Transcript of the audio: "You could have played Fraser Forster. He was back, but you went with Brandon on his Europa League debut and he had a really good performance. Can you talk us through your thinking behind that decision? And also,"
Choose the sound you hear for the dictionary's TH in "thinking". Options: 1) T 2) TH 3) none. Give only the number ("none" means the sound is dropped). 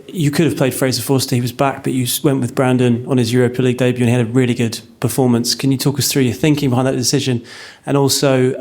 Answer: 2